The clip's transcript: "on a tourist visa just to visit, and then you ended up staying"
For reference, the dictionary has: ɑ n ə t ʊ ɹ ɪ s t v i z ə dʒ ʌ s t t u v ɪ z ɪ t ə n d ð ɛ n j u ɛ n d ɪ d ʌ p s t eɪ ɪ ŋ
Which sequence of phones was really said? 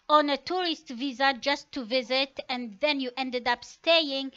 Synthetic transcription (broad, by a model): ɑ n ə t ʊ ɹ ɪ s t v i z ə dʒ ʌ s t t u v ɪ z ɪ t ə n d ð ɛ n j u ɛ n d ɪ d ʌ p s t eɪ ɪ ŋ